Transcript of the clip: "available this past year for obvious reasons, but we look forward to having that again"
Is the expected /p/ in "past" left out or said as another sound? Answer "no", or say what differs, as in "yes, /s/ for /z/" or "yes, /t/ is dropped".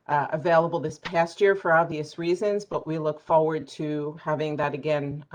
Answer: no